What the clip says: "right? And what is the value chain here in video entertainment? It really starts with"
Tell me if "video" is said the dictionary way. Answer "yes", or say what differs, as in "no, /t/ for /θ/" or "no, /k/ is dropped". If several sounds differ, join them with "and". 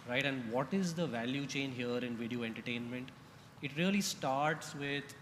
yes